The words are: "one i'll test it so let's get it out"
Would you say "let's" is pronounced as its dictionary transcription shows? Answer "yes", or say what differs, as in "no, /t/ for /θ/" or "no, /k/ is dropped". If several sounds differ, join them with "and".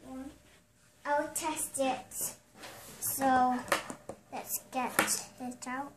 yes